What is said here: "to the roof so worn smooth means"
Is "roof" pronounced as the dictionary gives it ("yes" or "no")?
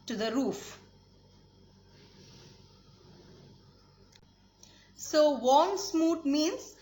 yes